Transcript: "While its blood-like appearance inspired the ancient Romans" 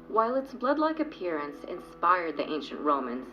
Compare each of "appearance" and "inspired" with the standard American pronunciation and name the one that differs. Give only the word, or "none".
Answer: none